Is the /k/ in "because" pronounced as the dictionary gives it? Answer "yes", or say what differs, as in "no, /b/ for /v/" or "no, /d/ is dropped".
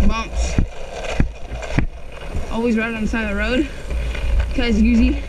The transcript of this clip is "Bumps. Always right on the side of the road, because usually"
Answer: no, /k/ is dropped